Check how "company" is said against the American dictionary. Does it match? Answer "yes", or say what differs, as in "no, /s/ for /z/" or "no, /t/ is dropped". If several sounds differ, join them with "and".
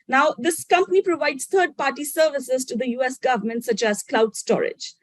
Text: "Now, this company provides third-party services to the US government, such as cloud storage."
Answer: yes